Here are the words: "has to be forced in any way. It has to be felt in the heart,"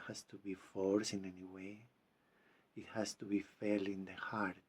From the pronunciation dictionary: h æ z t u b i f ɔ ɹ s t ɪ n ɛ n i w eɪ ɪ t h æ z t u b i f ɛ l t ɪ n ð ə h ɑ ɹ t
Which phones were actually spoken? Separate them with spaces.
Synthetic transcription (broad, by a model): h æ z t u b i f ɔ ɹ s ɪ n ɛ n i w eɪ ɪ t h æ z t u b i f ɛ l ɪ n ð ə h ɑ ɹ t